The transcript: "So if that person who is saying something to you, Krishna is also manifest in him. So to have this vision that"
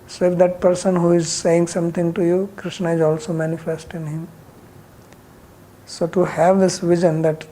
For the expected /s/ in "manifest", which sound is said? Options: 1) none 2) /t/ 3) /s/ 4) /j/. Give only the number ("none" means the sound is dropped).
3